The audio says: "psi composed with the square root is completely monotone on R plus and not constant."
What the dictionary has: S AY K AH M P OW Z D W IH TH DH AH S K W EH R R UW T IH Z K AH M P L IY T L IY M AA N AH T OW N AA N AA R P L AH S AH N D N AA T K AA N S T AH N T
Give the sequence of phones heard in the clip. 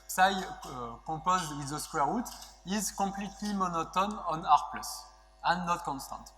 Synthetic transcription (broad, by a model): S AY K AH P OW Z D W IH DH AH S K W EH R R UW T IH Z K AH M P L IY T L IY M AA N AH T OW N AA N AA R P L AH S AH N N AA T K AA N S T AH N T